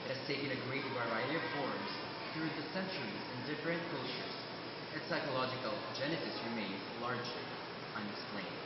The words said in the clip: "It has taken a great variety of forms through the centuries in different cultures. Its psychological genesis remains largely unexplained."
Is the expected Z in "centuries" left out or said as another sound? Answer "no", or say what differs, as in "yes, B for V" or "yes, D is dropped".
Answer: no